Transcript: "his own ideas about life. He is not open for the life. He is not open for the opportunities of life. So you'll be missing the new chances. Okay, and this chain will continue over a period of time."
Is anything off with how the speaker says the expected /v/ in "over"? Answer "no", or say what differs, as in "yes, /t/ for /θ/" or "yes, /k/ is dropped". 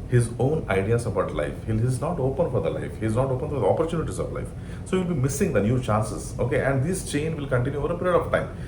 no